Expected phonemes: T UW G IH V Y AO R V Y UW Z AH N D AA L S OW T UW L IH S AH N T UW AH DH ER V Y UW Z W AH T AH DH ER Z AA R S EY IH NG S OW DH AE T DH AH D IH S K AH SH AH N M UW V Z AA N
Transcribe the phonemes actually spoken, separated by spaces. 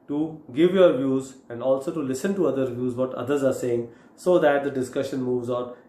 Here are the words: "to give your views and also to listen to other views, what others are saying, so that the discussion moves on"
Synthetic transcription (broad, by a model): T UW G IH V Y AO R V Y UW Z AH N D AA L S OW T UW L IH S AH N T UW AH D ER V Y UW Z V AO T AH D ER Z AA R S EY IH NG S OW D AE T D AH D IH S K AH SH AH N M UW V Z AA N